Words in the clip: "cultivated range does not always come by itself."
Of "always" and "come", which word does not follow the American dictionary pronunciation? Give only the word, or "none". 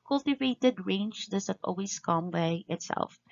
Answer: always